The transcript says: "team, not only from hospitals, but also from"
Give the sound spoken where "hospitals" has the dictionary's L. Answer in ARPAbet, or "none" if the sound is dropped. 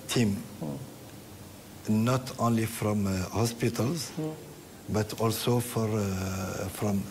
L